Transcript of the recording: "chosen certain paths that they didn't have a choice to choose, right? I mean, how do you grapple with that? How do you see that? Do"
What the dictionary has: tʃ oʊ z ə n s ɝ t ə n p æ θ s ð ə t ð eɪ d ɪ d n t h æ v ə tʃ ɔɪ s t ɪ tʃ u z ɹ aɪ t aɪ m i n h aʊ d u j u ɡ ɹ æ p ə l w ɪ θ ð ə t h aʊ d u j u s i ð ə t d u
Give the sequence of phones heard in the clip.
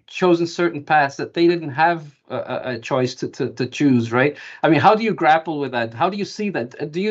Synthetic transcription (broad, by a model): tʃ oʊ z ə n s ɝ t n p æ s ð ə t ð eɪ d ɪ d n t h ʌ v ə tʃ ɔɪ s t ɪ tʃ u z ɹ aɪ t aɪ m i n h aʊ d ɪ j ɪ ɡ ɹ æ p l w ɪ ð ə t h aʊ d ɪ j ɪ s i ð ə t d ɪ